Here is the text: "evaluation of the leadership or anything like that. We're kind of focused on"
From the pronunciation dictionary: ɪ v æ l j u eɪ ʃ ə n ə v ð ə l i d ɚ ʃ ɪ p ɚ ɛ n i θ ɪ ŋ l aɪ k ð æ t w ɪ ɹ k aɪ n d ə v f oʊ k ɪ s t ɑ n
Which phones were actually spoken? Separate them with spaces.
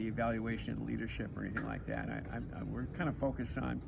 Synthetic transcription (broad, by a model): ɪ v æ l j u eɪ ʃ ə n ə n l i d ɚ ʃ ɪ p ɚ ɛ n i θ ɪ ŋ l aɪ k ð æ t w ɪ ɹ k aɪ n d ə f oʊ k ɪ s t n